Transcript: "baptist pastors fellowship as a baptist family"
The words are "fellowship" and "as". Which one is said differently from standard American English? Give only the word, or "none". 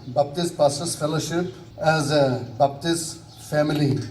none